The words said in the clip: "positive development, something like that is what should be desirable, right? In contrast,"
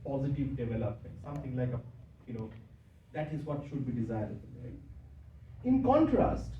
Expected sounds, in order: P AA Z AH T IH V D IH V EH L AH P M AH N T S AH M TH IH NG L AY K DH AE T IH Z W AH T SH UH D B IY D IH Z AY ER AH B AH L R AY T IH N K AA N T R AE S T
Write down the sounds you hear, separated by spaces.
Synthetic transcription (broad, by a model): P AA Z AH T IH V D IH V EH L AH P M AH N T S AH M T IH NG L AY K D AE T IH Z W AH T SH UH D B IY D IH Z AY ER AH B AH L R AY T IH N K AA N T R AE S T